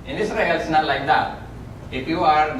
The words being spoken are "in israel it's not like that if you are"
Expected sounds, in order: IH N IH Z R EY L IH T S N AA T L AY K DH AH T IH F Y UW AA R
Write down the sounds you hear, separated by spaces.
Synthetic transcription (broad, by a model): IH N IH S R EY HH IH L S N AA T L AY K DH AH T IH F Y UW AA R